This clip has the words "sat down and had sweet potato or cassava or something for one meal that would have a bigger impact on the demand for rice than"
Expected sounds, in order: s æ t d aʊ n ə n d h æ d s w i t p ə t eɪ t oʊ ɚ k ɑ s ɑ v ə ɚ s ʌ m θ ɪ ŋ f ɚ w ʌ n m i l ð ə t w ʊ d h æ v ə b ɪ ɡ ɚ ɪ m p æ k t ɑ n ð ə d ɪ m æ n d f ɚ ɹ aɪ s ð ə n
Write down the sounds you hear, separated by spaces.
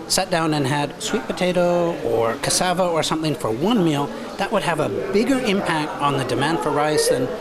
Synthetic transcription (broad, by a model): s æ t d aʊ n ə n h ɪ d s w i t p ə t eɪ t oʊ ɚ k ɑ s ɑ v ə ɚ s ʌ m θ ɪ ŋ f ɚ w ʌ n m i l ð ə t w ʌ d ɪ v ə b ɪ ɡ ɚ ɪ m p æ k t n ð ə d ɪ m æ n d f ɚ ɹ aɪ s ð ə n